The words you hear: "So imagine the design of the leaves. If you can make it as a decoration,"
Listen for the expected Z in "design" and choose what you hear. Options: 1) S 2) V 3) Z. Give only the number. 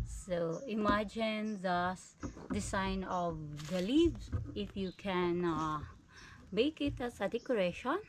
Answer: 1